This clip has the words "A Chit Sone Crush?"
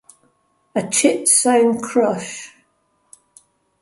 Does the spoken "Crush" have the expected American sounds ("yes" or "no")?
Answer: yes